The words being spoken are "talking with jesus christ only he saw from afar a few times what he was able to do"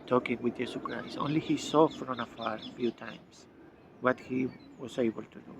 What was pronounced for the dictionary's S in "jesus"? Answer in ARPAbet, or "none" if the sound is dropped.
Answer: none